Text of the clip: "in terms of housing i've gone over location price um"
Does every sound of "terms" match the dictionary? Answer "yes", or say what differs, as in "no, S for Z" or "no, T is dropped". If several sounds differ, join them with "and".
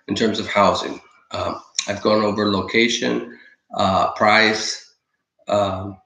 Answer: yes